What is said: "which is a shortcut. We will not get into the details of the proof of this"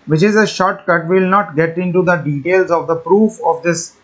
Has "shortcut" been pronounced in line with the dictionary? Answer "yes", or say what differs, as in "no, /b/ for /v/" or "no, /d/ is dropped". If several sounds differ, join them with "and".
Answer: yes